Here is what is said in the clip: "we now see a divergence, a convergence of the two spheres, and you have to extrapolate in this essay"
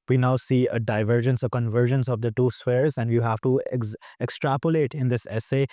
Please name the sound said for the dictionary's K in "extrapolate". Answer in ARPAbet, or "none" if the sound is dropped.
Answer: K